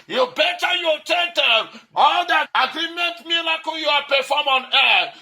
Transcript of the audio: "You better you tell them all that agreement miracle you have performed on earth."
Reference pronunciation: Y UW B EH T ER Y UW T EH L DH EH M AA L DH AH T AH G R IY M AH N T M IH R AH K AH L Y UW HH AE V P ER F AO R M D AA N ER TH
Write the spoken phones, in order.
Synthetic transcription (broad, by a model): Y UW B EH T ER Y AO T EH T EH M AA L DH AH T AH G R IY M AH N T M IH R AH K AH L Y UW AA P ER F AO M AA N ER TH